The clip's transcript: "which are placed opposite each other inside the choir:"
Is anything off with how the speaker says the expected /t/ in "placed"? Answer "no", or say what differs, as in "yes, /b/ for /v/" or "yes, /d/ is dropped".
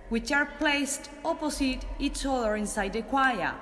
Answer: no